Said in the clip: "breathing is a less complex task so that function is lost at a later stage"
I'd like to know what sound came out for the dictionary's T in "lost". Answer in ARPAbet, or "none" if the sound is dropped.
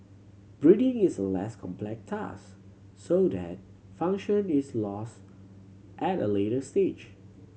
T